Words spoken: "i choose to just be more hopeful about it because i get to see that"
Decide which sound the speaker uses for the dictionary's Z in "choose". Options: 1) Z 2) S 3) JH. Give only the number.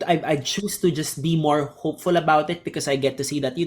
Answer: 2